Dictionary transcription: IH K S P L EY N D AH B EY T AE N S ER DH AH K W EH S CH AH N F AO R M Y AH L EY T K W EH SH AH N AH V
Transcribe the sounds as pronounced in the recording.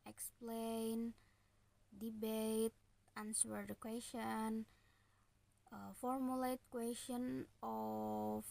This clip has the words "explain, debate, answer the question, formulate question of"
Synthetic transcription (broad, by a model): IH K S P L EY N D AH B EY T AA N S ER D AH K W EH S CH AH N F AO R M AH L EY T K W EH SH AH N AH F